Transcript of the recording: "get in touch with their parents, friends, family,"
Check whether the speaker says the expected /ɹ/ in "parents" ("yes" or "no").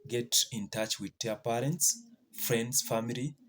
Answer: yes